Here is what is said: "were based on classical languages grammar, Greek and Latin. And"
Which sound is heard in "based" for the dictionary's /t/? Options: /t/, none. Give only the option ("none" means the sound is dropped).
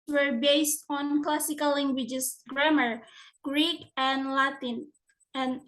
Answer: /t/